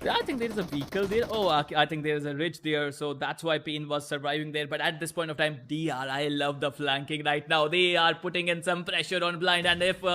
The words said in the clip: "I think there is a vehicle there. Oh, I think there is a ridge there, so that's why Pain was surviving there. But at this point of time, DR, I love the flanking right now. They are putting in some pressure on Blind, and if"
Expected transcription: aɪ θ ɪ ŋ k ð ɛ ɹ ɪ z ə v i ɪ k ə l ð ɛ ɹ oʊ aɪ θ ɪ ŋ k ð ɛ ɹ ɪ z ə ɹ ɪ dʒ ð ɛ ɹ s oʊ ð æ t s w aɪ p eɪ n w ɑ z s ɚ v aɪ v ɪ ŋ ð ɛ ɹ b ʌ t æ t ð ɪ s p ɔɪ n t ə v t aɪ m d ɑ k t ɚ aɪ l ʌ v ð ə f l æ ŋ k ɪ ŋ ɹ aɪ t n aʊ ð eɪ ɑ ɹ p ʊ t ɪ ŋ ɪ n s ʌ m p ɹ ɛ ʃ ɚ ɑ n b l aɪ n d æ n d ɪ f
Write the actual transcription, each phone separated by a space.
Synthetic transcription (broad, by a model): aɪ t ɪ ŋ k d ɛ ɹ ɪ z ə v i k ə l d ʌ ɹ oʊ aɪ t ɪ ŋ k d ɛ ɹ ɪ z ə ɹ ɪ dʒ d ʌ ɹ s oʊ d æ t s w aɪ p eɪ n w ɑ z s ɚ v aɪ v ɪ ŋ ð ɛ ɹ b ʌ t æ t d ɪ s p ɔɪ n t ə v t aɪ m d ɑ t aɪ l ʌ v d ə f l æ ŋ k ɪ ŋ ɹ aɪ t n aʊ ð eɪ ɑ ɹ p ʊ t ɪ ŋ ɪ n s ʌ m p ɹ ɛ ʃ ɚ ɑ n b l aɪ n d æ n d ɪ f